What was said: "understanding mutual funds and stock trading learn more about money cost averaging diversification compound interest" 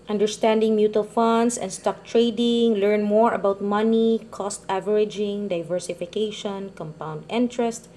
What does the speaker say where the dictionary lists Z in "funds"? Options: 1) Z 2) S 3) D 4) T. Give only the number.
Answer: 2